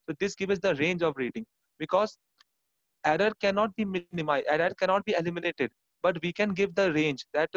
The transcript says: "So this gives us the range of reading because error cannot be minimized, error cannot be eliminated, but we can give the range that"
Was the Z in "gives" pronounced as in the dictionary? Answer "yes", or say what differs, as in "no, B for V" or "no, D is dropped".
no, Z is dropped